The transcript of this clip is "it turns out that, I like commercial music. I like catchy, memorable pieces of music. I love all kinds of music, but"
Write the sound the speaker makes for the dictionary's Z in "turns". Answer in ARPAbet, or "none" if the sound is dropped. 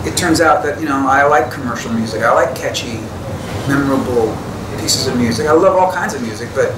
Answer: Z